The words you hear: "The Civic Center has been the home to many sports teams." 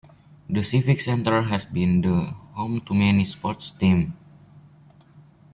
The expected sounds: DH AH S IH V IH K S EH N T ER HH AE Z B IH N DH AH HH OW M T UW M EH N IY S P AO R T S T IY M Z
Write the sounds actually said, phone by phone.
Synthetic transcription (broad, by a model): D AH S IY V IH K S EH N T ER HH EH S B IH N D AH HH OW M T UW M EH N IY S P AO R T S T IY M